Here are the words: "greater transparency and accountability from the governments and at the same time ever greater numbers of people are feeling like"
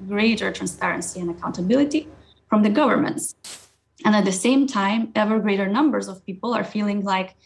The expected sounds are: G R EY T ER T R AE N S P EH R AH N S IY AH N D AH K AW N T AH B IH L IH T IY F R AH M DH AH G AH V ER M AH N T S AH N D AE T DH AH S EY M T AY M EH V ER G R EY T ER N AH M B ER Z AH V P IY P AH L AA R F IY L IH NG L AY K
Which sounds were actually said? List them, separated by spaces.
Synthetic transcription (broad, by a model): G R EY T ER T R AE N S P EH R AH N S IY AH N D AH K AW N T AH B IH L IH T IY F R AH M DH AH G AH V ER M AH N T S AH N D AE T DH AH S EY M T AY M EH V ER G R EY T ER N AH M B ER Z AH V P IY P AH L AA R F IY L IH NG L AY K